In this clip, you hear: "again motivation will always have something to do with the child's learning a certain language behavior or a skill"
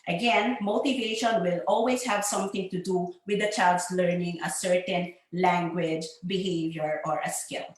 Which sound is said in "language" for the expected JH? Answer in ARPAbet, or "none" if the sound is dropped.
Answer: JH